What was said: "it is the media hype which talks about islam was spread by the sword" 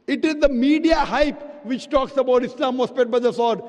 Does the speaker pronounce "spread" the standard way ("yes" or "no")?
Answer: no